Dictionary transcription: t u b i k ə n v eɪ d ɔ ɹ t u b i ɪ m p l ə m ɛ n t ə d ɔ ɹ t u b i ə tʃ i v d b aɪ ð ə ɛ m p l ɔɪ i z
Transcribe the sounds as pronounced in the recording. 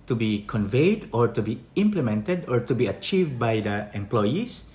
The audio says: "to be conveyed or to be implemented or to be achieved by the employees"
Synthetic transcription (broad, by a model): t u b i k ə n v eɪ d ɔ ɹ t u b i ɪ m p l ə m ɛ n t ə d ɔ ɹ t u b i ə tʃ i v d b aɪ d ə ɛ m p l ɔɪ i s